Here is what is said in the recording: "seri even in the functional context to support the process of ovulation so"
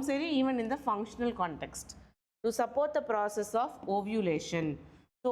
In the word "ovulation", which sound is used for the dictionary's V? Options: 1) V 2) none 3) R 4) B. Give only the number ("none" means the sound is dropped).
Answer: 1